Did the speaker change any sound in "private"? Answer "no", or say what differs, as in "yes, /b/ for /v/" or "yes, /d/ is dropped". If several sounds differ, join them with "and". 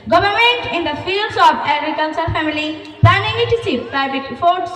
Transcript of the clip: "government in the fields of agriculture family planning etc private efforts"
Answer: yes, /b/ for /v/